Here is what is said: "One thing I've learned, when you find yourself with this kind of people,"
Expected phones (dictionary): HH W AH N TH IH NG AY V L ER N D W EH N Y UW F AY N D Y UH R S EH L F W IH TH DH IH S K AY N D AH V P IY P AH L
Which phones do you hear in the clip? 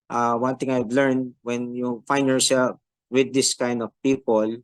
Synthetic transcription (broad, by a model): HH W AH N T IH NG AY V L ER N D W EH N Y UW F AY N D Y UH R S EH L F W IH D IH S K AY N D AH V P IY P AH L